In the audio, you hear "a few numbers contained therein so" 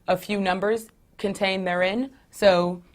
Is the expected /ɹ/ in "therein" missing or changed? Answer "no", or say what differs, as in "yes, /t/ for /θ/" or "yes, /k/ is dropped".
no